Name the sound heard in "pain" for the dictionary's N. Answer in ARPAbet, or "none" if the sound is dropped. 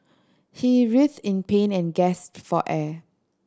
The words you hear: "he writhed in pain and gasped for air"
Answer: N